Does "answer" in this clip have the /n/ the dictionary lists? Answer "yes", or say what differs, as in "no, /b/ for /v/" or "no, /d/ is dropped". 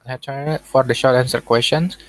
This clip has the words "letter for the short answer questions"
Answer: yes